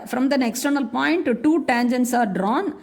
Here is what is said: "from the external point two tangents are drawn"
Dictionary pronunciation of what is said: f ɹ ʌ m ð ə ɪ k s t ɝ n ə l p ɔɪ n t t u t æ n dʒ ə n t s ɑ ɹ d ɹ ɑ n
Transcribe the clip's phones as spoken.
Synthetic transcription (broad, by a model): f ɹ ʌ m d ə ɪ k s t ɝ n ə l p ɔɪ n t t u t æ n dʒ ə n t s ɑ ɹ d ɹ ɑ n